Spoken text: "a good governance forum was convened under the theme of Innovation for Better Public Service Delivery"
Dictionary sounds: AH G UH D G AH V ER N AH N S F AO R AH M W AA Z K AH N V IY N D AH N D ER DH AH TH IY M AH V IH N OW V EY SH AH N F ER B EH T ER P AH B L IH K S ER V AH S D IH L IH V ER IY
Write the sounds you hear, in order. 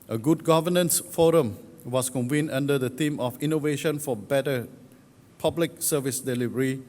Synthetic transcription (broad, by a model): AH G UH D G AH V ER N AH N S F AO R AH M W AA S K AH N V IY N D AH N D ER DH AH T IY M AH F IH N OW V EY SH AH N F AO B EH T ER P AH B L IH K S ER V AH S D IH L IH V ER IY